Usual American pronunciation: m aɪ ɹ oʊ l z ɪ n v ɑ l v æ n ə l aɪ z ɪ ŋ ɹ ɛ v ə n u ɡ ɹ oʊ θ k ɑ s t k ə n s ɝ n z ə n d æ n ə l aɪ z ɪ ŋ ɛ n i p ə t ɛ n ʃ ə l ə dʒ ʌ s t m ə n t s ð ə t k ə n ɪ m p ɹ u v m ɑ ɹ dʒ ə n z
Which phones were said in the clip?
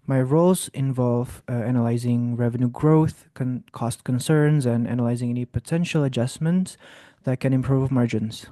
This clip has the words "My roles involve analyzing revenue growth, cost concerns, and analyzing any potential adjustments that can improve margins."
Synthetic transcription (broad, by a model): m aɪ ɹ oʊ l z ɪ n v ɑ l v æ n ə l aɪ z ɪ ŋ ɹ ɛ v ə n u ɡ ɹ oʊ θ k ɑ s t k ə n s ɝ n z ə n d æ n ə l aɪ z ɪ ŋ ɛ n i p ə t ɛ n ʃ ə l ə dʒ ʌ s m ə n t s ð ə t k ə n ɪ m p ɹ u v m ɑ ɹ dʒ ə n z